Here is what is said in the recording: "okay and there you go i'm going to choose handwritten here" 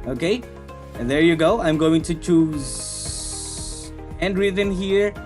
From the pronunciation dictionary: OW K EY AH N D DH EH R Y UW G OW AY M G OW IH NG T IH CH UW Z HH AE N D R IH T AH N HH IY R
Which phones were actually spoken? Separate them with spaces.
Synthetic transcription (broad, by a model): OW K EY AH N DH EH R Y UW G OW AY M G OW IH NG T IH CH UW Z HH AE N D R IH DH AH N HH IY R